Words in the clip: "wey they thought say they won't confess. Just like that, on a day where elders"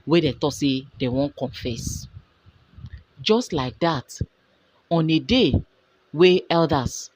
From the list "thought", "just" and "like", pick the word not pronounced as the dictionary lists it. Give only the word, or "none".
thought